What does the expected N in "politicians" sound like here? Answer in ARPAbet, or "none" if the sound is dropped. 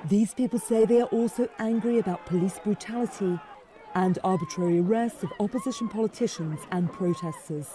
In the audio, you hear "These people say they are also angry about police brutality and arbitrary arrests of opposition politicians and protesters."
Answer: N